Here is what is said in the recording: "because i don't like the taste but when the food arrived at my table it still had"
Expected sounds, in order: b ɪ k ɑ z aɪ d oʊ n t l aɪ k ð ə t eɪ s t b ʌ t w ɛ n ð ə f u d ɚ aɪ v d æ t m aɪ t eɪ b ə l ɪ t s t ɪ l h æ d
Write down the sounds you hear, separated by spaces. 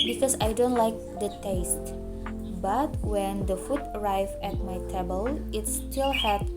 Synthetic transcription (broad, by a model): b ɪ k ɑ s aɪ d oʊ n t l aɪ k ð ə t eɪ s t b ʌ t w ɛ n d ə f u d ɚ aɪ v æ t m aɪ t eɪ b ə l ɪ t s t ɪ l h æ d